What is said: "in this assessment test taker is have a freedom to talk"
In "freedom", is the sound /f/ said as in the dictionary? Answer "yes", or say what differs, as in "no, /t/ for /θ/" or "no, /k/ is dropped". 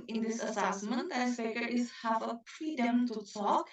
no, /p/ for /f/